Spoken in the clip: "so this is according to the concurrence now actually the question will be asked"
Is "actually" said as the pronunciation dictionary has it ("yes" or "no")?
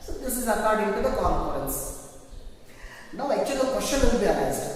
no